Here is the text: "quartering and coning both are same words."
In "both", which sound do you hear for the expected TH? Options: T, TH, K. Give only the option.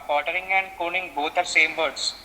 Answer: T